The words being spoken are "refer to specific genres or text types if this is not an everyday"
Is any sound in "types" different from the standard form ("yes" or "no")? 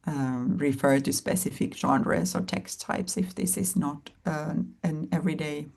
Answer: no